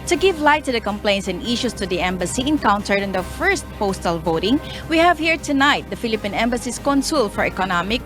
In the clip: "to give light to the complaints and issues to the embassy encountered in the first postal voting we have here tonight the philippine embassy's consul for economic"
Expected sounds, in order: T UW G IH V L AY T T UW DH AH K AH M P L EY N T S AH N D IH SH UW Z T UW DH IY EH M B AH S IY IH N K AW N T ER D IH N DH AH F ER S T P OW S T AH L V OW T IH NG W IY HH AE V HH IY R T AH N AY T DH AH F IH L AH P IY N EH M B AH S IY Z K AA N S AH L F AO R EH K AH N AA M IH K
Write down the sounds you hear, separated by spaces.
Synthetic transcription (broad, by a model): T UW G IH V L AY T T UW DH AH K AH M P L EY N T S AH N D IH SH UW S T UW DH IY EH M B AH S IY IH N K AW N T ER D IH N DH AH F ER S T P OW S T AH L V OW T IH NG W IY HH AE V HH IY R T AH N AY T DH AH F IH L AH P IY N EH M B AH S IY S K AA N S AH L F AO R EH K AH N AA M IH K